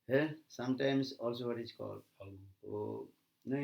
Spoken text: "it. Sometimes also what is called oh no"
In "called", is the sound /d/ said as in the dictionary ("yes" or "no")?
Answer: no